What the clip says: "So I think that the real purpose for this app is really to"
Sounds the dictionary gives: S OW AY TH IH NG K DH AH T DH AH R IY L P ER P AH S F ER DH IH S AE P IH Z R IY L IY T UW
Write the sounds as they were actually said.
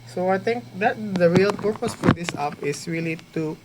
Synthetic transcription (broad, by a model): S OW AY T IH NG K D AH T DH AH R IY L P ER P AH S F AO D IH S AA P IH S R IY L IY T UW